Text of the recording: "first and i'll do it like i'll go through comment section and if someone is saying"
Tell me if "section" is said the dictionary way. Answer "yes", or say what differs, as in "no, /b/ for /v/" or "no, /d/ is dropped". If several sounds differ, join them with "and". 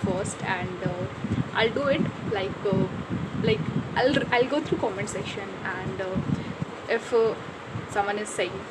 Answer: no, /k/ is dropped